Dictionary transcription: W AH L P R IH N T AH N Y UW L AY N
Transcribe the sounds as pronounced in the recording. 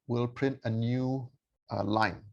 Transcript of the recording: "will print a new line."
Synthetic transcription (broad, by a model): W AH L P R IH N T AH N Y UW L AY N